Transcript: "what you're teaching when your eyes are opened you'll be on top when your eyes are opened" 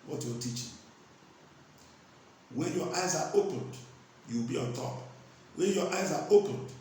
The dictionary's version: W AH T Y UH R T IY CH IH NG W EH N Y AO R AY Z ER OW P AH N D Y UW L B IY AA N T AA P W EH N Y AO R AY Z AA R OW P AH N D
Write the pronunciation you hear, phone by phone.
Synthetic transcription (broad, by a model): W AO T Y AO T IY CH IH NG W EH N Y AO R AY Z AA OW P AH N D Y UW W B IY AA N T AA P W EH N Y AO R AY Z AA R OW P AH N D